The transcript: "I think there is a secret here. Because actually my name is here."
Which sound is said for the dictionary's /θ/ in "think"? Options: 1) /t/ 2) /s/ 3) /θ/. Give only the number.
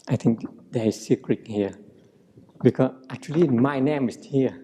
1